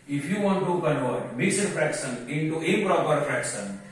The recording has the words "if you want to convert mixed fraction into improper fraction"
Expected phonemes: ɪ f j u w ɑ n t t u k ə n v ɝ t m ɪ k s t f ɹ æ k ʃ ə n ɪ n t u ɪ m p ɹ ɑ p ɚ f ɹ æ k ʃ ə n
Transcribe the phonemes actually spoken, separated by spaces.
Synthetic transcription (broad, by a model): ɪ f j u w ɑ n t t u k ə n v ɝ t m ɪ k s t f ɹ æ k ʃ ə n ɪ n t u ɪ p ɹ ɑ p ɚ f ɹ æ k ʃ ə n